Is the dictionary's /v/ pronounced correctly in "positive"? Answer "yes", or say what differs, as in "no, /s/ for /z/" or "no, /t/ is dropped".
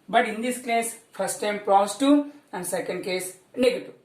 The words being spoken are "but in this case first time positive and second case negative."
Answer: no, /v/ is dropped